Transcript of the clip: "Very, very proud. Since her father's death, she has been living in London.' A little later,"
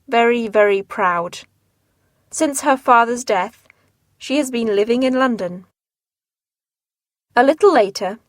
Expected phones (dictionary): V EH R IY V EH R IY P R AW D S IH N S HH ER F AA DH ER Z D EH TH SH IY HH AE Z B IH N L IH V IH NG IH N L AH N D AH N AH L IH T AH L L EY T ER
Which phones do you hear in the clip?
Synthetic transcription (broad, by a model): V EH R IY V EH R IY P R AW D S IH N S HH ER F AA DH ER Z D EH TH SH IY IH Z B IH N L IH V IH NG IH N L AH N D AH N AH L IH T L L EY T ER